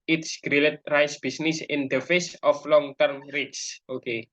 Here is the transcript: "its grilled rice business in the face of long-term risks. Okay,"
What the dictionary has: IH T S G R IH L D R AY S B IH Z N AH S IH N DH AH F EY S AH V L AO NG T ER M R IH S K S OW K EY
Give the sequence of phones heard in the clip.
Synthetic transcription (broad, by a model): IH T S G R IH L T R AY S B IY S N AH S IH N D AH F EY S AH F L AO NG T ER M R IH K S OW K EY